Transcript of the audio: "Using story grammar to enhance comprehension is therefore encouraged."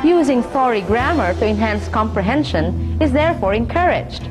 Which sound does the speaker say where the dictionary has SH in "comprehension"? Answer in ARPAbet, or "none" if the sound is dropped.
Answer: SH